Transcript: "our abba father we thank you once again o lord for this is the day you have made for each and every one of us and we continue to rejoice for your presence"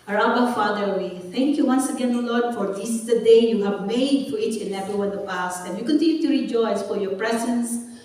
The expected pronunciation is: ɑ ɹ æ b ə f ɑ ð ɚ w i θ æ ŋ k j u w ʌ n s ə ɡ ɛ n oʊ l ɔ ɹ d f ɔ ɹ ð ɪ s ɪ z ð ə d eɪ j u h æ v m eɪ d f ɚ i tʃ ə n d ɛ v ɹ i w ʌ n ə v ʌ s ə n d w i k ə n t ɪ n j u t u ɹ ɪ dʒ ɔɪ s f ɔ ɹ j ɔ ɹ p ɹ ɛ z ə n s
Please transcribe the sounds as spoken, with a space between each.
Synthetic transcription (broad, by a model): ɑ ɹ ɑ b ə f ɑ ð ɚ w i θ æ ŋ k j u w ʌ n s ə ɡ ɛ n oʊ l ɔ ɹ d f ɔ ɹ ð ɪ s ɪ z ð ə d eɪ j u h æ v m eɪ d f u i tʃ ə n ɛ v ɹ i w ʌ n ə p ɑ s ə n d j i k ə n t ɪ n j u t u ɹ ɪ dʒ ɔɪ s f ɔ ɹ j ɔ ɹ p ɹ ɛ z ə n s